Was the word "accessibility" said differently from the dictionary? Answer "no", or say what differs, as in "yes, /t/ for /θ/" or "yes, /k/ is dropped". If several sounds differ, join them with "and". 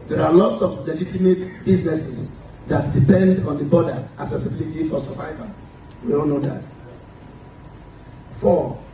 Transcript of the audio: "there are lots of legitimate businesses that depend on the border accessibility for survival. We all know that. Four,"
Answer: yes, /k/ is dropped